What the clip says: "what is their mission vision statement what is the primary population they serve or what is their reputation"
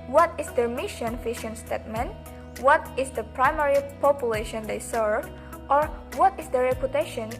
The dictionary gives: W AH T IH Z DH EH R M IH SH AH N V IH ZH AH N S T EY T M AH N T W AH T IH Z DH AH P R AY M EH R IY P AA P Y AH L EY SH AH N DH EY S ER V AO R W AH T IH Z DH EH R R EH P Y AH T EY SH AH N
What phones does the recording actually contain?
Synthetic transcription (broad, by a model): W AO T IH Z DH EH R M IH SH AH N F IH SH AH N S T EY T M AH N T W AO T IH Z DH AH P R AY M EH R IY P AA P Y AH L EY SH AH N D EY S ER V AO R W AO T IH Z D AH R R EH P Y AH T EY SH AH N